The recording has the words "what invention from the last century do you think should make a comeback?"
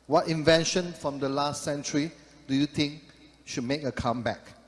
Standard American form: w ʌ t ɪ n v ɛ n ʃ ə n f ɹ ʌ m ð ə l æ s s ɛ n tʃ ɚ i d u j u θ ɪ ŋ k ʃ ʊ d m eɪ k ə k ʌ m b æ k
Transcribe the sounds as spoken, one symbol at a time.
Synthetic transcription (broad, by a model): w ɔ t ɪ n v ɛ n ʃ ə n f ɹ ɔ m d ə l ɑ s s ɛ n tʃ ɚ i d u j u t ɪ ŋ k ʃ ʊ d m eɪ k ə k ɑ m b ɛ k